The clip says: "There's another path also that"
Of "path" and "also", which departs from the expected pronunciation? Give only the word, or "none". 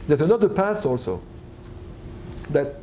path